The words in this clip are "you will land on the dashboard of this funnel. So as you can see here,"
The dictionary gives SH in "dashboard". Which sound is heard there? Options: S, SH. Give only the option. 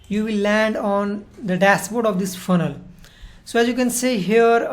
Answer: S